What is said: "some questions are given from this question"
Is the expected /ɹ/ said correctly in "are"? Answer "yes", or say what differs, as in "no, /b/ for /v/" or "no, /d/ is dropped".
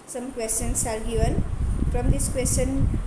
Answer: no, /l/ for /ɹ/